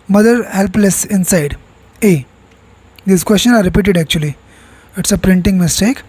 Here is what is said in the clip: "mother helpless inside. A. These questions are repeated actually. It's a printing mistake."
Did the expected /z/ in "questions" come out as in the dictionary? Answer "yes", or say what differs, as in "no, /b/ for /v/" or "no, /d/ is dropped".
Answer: no, /z/ is dropped